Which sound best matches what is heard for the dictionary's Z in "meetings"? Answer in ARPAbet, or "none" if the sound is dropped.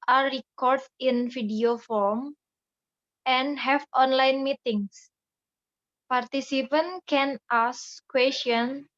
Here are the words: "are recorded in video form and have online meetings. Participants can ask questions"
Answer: S